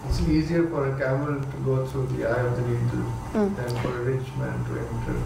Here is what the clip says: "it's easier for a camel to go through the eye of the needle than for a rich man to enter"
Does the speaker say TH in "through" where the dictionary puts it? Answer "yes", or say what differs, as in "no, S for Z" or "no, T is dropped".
no, T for TH